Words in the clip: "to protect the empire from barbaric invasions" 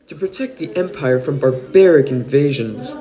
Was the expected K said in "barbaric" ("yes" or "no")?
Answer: yes